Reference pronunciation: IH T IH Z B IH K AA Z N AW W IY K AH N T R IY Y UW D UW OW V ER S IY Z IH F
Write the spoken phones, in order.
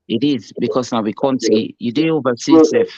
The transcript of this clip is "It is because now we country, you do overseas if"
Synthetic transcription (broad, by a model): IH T IH Z B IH K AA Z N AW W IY K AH N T IY Y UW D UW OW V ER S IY S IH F